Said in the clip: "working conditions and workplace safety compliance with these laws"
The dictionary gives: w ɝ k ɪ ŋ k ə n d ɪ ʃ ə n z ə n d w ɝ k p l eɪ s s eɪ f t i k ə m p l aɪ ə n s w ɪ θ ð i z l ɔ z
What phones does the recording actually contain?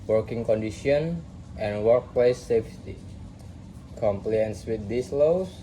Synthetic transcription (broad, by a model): w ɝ k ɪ ŋ k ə n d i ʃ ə n ə n w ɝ k p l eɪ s s eɪ f t i k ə m p l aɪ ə n s w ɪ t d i s l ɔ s